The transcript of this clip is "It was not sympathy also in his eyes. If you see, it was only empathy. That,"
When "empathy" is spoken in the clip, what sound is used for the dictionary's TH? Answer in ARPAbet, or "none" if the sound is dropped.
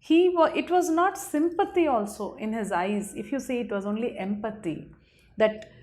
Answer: T